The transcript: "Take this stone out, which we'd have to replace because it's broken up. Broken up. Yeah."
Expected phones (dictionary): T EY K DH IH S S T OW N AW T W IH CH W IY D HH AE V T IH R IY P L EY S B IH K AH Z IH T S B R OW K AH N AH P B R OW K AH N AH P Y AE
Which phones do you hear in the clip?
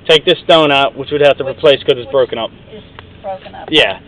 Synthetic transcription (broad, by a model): T EY K DH IH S S T OW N AW T W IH CH W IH D HH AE F T IH R IY P L EY S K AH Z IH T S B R OW AH K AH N AH P Y AE